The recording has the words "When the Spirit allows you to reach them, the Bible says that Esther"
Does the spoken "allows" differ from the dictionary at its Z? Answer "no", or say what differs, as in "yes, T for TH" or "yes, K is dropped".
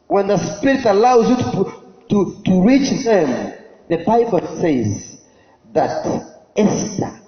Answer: no